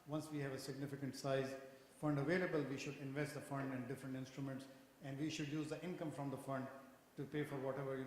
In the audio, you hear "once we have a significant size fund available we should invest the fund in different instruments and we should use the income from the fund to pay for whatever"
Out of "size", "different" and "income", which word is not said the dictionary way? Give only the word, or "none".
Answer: none